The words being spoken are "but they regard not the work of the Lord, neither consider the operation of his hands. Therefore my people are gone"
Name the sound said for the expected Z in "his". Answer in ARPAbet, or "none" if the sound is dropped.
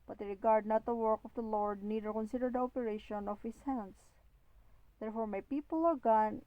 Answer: S